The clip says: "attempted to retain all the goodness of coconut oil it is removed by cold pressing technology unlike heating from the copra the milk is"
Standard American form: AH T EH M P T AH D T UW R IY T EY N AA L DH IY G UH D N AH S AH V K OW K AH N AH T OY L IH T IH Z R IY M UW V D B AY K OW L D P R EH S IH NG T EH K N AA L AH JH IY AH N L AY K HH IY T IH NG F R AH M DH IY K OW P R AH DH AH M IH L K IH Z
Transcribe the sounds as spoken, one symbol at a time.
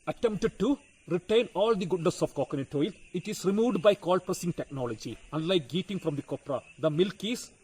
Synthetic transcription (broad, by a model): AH T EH M P T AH D T UW R IY T EY N AA L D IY G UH D N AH S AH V K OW K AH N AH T OY L IH T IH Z R IY M UW V D B AY K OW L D P R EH S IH NG T EH K N AA L AH JH IY AH N L AY K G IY T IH NG F R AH M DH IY K OW P R AH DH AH M IH L K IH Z